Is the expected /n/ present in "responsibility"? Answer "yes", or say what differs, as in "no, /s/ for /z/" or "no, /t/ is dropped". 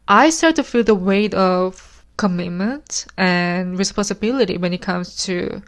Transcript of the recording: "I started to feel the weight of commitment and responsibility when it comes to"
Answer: yes